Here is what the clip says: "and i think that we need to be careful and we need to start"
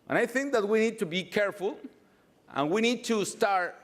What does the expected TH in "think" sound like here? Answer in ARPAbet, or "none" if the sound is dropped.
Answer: TH